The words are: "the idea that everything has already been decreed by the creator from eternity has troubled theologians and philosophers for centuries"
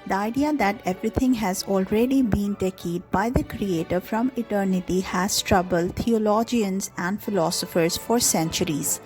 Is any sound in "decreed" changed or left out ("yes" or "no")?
yes